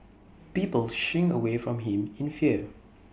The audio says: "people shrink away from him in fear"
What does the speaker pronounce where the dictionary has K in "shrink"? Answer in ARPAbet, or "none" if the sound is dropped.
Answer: none